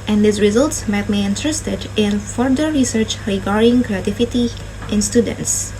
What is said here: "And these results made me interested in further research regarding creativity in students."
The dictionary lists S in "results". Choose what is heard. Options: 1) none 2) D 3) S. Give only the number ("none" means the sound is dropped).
3